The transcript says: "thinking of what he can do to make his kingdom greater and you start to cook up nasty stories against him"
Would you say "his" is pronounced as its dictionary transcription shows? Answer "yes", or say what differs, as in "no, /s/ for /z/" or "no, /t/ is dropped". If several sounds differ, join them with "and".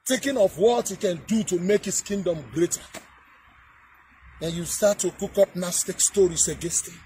no, /s/ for /z/